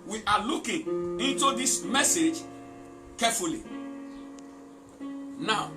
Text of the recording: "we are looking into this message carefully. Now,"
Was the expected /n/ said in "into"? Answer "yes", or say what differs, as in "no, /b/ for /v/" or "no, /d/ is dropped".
yes